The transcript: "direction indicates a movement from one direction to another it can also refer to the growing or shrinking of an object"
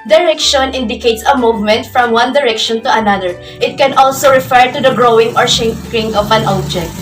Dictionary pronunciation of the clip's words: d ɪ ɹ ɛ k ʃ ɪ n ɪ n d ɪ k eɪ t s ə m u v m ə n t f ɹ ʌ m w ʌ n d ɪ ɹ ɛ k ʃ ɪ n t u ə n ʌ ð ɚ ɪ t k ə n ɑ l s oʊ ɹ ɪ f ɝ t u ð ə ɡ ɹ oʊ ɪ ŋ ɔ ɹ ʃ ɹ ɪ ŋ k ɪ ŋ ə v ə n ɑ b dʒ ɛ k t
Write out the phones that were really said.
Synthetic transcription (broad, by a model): d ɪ ɹ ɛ k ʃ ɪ n ɪ n d ɪ k eɪ t s ə m u v m ə n t f ɹ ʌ m w ʌ n d ɪ ɹ ɛ k ʃ ɪ n t u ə n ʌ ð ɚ ɪ t k ə n ɑ l s oʊ ɹ ɪ f ɝ t u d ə ɡ ɹ oʊ ɪ ŋ ɔ ɹ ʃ ɛ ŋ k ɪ ŋ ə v ə n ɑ b dʒ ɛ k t